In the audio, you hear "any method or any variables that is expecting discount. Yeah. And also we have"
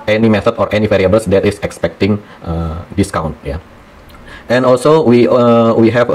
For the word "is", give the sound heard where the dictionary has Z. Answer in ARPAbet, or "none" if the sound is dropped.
S